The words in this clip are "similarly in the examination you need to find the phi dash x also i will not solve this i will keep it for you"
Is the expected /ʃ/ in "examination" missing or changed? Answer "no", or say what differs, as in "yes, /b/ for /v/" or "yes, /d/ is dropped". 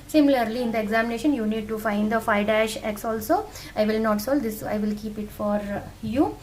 no